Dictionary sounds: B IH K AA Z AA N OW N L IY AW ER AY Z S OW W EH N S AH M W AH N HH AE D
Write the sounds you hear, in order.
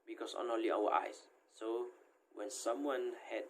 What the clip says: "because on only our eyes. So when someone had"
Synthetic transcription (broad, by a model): B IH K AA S AA N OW L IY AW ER AY S OW W EH N S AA M W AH N HH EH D